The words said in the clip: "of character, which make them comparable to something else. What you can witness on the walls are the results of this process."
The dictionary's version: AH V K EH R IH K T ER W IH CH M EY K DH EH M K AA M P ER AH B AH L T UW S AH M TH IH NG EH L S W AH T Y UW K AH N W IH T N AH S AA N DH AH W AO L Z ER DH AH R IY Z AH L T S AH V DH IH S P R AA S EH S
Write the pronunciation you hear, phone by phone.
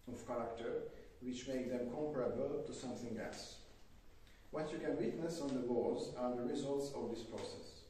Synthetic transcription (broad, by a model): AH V K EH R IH K T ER W IH CH M EY K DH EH M K AA M P ER AH B AH L T UW S AH M TH IH NG EH L S W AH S Y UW K AH N W IH T N AH S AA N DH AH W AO Z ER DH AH R IY Z AH L T S AH V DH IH S P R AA S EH S